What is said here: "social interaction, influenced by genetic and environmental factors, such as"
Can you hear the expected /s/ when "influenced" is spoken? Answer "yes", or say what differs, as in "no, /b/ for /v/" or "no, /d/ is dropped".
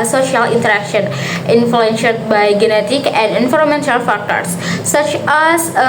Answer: no, /ʃ/ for /s/